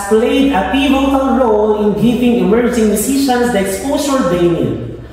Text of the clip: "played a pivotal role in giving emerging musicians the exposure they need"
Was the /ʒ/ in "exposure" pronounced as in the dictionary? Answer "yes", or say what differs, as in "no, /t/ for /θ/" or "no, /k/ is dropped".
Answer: no, /s/ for /ʒ/